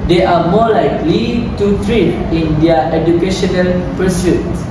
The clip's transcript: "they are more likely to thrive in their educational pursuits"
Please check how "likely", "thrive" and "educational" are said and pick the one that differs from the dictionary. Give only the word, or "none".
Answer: thrive